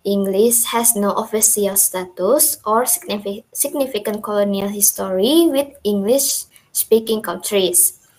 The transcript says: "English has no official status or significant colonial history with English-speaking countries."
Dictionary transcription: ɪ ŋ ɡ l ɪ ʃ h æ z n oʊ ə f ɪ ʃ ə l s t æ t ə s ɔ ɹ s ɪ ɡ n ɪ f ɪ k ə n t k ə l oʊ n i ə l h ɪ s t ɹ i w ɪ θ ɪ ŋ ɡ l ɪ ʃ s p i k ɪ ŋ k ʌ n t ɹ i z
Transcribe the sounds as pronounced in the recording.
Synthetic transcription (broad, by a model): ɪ ŋ ɡ l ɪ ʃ h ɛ s n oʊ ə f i s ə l s t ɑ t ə s ɔ ɹ s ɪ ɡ n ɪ f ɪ k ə n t k ə l oʊ n i ə l h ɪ s t ɹ i w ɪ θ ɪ ŋ ɡ l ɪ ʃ s p i k ɪ ŋ k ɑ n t ɹ i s